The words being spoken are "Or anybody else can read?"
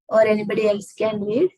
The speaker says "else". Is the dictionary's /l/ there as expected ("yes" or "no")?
yes